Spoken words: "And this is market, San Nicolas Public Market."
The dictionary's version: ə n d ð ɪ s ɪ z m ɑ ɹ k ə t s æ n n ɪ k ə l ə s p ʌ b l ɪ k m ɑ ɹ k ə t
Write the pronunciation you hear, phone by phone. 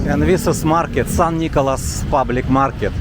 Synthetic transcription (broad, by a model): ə n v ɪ s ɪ s m ɑ ɹ k ə t s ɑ n n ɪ k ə l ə s p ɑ b l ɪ k m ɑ ɹ k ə t